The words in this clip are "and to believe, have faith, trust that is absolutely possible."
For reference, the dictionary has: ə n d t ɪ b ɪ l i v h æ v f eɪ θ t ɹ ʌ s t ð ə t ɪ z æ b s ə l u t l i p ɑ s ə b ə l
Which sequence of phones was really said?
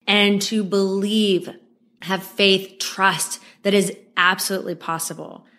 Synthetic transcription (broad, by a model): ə n t ɪ b ɪ l i v h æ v f eɪ θ t ɹ ʌ s t ð ə t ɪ z æ b s ə l u t l i p ɑ s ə b l